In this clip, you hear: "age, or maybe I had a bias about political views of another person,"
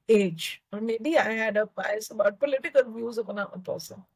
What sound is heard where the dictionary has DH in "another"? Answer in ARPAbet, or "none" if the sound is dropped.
none